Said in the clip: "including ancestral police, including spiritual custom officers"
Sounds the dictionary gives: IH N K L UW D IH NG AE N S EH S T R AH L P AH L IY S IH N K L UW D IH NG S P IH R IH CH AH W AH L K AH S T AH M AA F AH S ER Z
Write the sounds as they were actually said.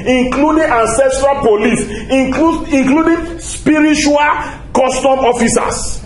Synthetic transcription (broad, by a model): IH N K L UW D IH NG AE N S EH S T R AH L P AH L IY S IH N K L UW D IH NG S P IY R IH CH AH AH L K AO S T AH M AA F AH S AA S